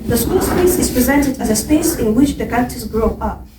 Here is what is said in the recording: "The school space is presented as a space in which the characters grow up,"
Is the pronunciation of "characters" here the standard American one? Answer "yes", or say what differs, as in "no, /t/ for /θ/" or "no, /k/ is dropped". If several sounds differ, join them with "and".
no, /ɹ/ is dropped